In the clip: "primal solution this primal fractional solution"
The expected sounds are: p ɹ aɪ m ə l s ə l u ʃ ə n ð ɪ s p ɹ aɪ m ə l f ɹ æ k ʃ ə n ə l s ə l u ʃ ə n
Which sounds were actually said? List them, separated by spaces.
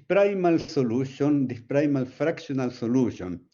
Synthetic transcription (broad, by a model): p ɹ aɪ m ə l s ə l u ʃ ə n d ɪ p ɹ aɪ m ə l f ɹ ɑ k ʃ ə n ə l s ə l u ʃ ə n